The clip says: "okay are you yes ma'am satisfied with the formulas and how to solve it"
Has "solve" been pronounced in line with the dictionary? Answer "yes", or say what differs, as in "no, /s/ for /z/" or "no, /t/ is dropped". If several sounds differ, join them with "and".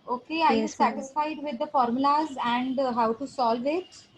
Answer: yes